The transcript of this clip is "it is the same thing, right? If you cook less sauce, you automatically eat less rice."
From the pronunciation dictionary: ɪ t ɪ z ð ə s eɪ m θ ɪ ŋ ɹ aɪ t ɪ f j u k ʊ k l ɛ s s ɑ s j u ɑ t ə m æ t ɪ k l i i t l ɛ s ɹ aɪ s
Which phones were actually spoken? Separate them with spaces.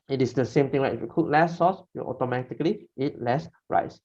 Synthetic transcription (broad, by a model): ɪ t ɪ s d ə s eɪ m t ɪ ŋ l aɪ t ɪ f j u k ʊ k l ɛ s s ɑ s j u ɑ t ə m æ t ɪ k l i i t l ɛ s ɹ aɪ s